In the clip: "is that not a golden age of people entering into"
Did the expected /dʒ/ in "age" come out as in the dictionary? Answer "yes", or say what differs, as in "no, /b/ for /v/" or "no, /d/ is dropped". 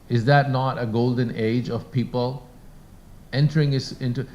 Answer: yes